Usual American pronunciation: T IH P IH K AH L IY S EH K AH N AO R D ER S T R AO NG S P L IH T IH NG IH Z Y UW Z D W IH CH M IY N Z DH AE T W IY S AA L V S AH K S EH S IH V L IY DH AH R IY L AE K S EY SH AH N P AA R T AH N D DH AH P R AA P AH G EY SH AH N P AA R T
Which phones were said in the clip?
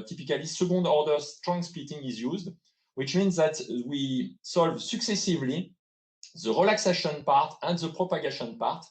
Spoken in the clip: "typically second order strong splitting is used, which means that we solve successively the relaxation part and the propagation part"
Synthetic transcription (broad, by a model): T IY P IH K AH L IY S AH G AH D AO R D ER S T R AO NG S P IY T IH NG IH Z Y UW Z D W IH CH M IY N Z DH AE T W IY S AA L V S AH K S EH S IH V L IY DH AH R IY L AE K S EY SH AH N P AA R T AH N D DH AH P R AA P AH G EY SH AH N P AA R T